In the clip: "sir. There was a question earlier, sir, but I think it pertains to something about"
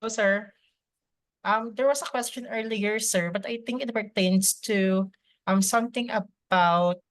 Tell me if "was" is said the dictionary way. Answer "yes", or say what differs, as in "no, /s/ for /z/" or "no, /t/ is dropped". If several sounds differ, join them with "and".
no, /s/ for /z/